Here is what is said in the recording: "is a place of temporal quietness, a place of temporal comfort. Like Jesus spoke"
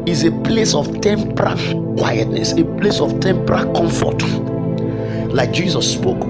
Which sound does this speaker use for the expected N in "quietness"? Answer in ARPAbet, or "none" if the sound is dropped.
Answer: N